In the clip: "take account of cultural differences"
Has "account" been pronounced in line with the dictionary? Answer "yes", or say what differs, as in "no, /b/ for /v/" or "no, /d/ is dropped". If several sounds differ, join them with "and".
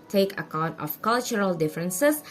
yes